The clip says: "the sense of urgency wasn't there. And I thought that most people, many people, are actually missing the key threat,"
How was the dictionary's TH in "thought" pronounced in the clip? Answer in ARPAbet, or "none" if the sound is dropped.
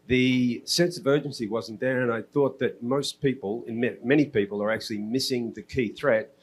TH